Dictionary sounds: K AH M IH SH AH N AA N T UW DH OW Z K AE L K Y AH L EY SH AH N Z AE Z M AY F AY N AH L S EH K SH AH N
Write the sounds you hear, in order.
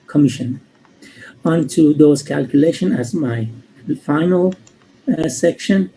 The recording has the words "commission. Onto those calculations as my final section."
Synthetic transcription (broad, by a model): K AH M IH SH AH N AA N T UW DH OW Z K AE L K Y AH L EY SH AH N AE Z M AY F AY N AH L S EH K SH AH N